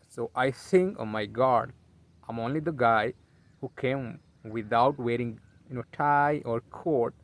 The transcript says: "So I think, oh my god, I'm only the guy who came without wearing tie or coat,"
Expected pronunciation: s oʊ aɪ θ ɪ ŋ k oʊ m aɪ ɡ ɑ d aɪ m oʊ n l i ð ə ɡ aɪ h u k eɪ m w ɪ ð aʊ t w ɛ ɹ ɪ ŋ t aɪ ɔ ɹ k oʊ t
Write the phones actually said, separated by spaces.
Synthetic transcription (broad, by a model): s oʊ aɪ s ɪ ŋ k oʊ m aɪ ɡ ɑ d aɪ m oʊ n l i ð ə ɡ aɪ h u k eɪ m w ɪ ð aʊ t w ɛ ɹ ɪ ŋ t aɪ ɔ ɹ k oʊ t